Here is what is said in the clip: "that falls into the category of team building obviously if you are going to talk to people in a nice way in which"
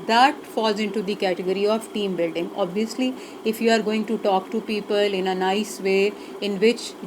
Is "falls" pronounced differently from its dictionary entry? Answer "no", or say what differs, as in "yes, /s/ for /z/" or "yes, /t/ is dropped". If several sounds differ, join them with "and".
no